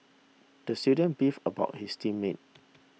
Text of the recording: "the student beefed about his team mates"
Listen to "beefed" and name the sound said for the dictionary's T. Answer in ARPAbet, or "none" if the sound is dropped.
none